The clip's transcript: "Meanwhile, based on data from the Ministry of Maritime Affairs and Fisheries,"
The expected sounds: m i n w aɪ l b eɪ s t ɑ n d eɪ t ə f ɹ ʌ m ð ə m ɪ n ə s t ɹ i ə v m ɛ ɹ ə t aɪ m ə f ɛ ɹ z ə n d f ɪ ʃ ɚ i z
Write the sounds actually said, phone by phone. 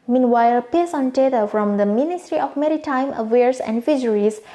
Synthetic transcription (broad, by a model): m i n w aɪ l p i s ɑ n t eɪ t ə f ɹ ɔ m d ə m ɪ n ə s t ɹ i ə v m ɛ ɹ ə t aɪ m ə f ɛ ɹ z ə n d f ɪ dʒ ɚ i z